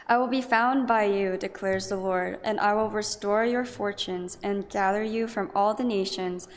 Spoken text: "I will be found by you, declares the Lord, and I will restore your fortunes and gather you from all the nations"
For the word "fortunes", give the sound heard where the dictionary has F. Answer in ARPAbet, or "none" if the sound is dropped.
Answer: F